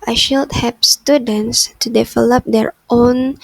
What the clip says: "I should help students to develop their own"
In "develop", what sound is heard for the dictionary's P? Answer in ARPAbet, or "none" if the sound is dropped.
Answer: P